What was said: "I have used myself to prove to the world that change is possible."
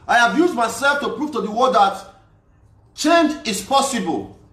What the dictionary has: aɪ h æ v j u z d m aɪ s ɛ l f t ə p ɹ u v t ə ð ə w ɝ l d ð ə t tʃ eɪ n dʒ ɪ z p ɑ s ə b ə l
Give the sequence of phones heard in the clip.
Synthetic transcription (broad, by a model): aɪ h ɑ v j u z d m aɪ s ɛ l f t ə p ɹ u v t ə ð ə w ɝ d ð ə t tʃ eɪ n dʒ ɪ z p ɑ s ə b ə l